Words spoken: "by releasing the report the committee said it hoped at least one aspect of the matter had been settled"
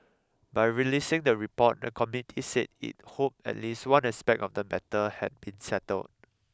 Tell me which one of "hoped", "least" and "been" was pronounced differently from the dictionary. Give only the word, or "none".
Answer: hoped